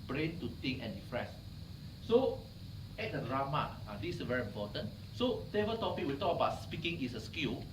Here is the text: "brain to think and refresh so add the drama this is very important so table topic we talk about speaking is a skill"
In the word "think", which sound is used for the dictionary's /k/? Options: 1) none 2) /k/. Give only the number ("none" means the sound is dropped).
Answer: 1